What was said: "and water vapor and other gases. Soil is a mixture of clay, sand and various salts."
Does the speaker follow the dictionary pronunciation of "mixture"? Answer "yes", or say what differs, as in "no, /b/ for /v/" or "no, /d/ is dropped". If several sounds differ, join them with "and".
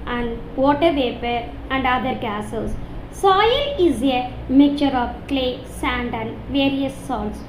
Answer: no, /s/ is dropped